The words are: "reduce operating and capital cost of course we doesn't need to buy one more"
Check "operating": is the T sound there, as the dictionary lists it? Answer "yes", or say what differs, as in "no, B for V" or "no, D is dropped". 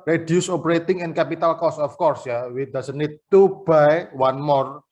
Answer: yes